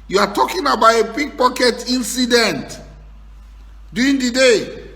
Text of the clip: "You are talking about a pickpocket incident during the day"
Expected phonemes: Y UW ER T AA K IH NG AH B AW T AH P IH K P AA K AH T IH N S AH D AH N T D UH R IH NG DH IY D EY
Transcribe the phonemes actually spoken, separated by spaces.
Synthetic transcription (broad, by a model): Y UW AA T AA K IH NG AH B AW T AH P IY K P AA K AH T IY N S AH D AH N T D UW IH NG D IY D EY